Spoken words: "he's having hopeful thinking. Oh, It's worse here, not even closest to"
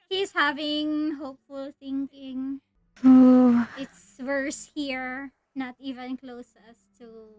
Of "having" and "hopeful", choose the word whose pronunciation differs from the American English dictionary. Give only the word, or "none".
none